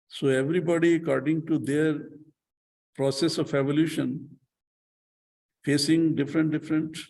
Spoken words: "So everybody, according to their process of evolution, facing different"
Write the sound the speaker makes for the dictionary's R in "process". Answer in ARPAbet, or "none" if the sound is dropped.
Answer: R